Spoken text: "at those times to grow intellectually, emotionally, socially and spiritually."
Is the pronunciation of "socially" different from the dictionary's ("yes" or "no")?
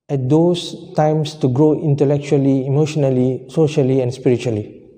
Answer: no